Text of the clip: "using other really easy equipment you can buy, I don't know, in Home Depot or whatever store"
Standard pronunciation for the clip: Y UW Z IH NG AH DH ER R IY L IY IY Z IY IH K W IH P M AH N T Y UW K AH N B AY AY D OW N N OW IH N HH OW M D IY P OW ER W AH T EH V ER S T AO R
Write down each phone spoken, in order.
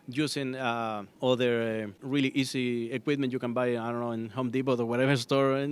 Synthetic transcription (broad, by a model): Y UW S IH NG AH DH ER R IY L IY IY S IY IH K W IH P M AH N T Y UW K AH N B AY AY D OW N N OW IH N HH OW M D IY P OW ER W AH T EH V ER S T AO R